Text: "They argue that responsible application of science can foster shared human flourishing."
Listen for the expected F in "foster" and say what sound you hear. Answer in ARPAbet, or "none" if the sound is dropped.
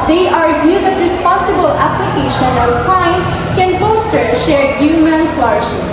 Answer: P